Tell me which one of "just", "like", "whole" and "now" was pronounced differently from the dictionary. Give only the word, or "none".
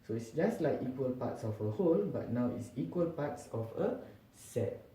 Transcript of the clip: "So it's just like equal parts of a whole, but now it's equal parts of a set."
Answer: none